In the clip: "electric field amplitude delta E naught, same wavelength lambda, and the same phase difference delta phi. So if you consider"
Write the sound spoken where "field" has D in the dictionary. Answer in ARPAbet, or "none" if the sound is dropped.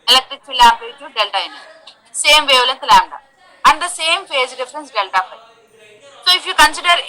none